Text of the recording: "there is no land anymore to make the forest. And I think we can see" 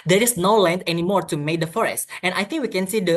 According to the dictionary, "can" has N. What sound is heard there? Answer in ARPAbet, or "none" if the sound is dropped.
N